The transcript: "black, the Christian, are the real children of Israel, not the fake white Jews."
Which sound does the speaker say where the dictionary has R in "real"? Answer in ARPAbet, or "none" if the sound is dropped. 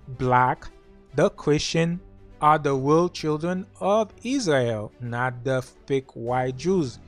W